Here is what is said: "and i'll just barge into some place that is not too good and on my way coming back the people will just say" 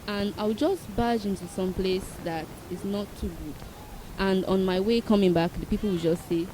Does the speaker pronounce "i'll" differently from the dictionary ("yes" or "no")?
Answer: yes